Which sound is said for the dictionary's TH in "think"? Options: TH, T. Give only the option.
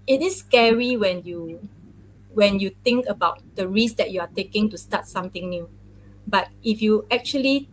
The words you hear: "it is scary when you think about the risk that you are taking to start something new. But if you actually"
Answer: T